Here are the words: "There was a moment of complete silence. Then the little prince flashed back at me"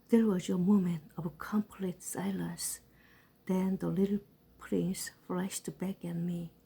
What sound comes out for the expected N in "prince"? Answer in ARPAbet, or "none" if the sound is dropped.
N